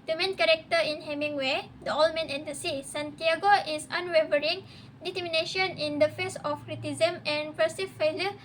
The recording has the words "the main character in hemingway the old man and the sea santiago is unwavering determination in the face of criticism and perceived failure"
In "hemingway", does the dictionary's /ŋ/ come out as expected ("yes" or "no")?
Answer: yes